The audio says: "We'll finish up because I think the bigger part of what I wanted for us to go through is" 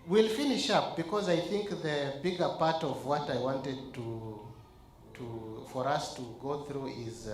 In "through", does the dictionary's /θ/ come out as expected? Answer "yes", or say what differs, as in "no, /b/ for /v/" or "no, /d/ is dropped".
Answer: yes